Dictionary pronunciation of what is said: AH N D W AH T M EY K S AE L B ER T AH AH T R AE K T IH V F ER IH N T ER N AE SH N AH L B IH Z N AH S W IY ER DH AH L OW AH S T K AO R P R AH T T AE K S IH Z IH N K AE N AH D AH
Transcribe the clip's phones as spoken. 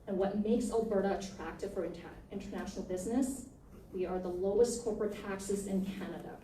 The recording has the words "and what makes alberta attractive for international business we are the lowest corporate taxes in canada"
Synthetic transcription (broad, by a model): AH N W AH T M EY K S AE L B ER T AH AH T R AE K T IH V F ER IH N T ER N AE SH N L B IH Z N AH S W IY ER DH AH L OW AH S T K AO R P R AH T T AE K S IH Z IH N K AE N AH D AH